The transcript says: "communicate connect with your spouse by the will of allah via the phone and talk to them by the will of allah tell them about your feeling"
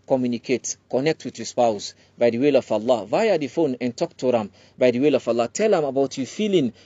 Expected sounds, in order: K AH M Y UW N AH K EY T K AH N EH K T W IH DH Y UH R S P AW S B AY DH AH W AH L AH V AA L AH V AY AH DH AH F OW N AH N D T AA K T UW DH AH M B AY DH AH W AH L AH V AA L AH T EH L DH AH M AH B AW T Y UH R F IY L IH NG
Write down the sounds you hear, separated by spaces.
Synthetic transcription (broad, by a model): K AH M Y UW N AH K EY T K AH N EH K T W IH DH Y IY S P AW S B AY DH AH W AH L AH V AA L AH V AY AH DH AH F OW N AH N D T AA K T UW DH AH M B AY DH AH W AH L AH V AA L AH T EH L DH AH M AH B AW T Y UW F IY L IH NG